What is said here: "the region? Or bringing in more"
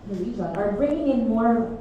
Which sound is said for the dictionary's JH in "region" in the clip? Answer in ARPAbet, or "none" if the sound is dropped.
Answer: Z